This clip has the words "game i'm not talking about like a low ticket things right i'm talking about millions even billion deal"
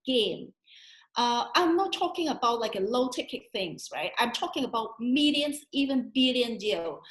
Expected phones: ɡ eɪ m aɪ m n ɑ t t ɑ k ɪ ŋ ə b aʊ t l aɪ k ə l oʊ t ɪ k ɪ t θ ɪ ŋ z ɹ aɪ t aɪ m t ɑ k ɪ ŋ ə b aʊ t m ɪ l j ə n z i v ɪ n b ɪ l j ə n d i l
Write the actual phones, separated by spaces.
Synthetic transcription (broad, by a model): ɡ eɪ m aɪ m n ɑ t t ɑ k ɪ ŋ ə b aʊ t l aɪ k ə l oʊ t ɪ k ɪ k θ ɪ ŋ z ɹ aɪ t aɪ m t ɑ k ɪ ŋ ə b aʊ t m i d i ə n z i v ɪ n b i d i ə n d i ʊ